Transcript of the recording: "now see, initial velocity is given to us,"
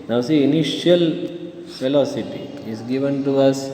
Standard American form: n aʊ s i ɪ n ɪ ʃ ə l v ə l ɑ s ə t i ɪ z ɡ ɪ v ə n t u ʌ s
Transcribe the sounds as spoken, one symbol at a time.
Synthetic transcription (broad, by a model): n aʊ s i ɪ n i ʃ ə l f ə l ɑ s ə t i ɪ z ɡ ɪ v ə n t u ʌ s